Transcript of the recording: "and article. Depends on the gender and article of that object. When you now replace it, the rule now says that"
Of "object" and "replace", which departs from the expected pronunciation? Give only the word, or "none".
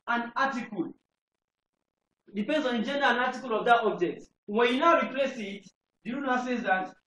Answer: none